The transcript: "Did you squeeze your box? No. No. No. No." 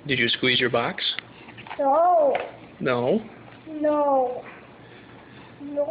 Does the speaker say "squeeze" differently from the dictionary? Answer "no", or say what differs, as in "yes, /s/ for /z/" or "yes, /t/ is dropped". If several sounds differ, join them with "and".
no